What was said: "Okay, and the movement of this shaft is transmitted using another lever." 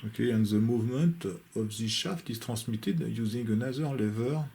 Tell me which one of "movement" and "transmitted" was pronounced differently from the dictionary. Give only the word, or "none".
transmitted